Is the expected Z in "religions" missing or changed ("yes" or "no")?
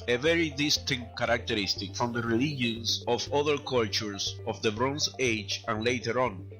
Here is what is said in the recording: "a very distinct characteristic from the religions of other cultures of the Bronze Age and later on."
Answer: yes